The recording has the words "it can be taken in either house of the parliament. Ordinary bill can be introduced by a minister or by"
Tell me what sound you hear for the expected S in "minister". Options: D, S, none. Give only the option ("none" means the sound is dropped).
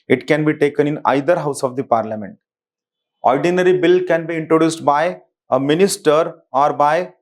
S